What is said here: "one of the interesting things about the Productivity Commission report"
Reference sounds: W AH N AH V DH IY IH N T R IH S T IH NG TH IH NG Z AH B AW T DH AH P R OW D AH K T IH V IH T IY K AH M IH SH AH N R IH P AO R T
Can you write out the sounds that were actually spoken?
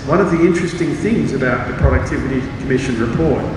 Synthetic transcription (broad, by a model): W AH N AH V DH IY IH N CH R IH S T IH NG TH IH NG Z AH B AW T DH AH P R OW D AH K T IH V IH T IY K AH M IH SH AH N R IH P AO R T